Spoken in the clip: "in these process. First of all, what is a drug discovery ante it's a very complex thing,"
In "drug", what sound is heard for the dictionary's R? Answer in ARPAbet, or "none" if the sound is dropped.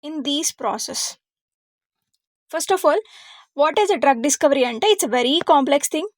R